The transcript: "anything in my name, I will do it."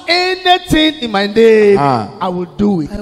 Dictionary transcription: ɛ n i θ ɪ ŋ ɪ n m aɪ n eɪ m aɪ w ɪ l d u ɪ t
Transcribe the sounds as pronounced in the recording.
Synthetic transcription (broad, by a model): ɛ n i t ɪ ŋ ɪ n m aɪ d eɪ aɪ w ɪ l d u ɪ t